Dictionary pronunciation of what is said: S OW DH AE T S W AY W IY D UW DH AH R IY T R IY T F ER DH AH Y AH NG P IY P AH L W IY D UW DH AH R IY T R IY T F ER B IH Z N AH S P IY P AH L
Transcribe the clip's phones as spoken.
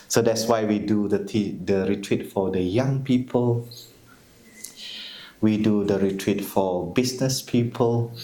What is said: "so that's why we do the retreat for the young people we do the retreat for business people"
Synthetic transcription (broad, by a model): S OW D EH T S W AY W IY D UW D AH R IY T R IY T F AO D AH Y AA NG P IY P AH L W IY D UW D AH R IY T R IY T F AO B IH S N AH S P IY P AH L